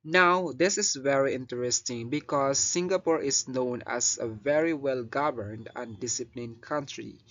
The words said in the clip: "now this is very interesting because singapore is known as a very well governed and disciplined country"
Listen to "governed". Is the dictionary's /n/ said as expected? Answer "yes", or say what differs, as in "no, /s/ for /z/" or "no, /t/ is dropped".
yes